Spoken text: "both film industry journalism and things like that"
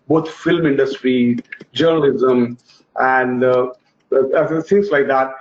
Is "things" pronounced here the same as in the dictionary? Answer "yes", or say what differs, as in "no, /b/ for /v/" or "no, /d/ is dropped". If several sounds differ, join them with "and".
no, /s/ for /θ/